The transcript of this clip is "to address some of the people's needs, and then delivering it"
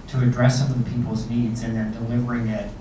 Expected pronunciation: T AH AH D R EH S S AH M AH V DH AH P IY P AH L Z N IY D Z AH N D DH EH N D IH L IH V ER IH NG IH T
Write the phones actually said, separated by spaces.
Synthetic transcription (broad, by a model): T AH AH D R EH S S AH M AH V DH AH P IY P L Z N IY D Z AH N DH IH N D IH L IH V ER IH NG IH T